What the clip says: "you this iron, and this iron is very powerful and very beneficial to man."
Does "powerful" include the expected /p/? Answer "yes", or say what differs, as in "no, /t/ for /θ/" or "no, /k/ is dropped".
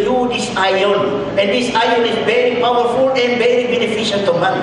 yes